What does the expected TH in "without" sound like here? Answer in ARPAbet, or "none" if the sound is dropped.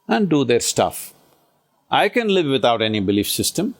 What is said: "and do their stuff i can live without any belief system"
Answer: T